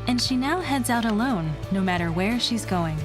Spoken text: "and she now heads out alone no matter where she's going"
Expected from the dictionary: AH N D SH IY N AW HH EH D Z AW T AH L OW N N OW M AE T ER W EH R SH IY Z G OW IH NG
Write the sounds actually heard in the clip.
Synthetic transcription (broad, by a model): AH N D SH IY N AW HH EH D Z AW T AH L OW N N OW M AE T ER W EH R SH IY Z G OW IH NG